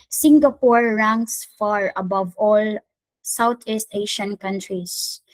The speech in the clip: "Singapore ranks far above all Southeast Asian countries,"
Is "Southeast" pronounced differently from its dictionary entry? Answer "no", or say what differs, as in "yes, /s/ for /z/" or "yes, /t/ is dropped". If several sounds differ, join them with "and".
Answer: yes, /t/ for /θ/